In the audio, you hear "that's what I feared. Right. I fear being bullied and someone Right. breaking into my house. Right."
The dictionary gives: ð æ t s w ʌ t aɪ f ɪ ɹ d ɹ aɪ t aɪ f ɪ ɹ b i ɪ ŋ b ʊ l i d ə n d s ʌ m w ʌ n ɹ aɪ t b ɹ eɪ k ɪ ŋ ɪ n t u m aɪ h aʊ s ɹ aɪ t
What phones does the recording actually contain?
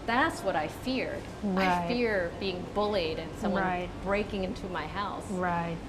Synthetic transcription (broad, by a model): ð æ t s w ʌ t aɪ f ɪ ɹ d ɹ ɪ aɪ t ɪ ɹ b i ɪ ŋ b ʊ l i d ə n s ʌ m w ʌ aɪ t b ɹ eɪ k ɪ ŋ ɪ n t u m aɪ h aʊ s ɹ aɪ t